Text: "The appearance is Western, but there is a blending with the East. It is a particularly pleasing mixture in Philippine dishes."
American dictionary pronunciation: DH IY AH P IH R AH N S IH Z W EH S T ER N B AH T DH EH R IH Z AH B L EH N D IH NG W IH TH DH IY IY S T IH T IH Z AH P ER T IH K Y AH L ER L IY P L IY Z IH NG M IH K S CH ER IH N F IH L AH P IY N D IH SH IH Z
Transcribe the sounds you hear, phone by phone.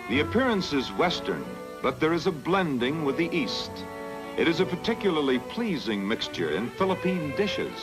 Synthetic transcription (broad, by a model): DH IY AH P IH R AH N S IH Z W EH S T ER N B AH T DH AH R IH Z AH B L EH N D IH NG W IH DH IY IY S T IH T IH Z AH P ER T IH K Y L ER L IY P L IY Z IH NG M IH K S CH ER IH N F IH L AH P IY N D IH SH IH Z